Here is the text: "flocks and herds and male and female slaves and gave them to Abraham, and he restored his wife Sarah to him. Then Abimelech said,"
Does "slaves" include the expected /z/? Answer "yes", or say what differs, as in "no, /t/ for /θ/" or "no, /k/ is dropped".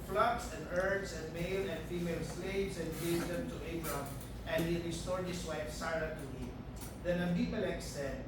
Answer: no, /s/ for /z/